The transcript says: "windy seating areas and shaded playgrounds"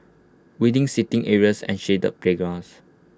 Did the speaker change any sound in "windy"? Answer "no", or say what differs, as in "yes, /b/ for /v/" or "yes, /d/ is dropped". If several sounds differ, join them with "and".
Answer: yes, /n/ is dropped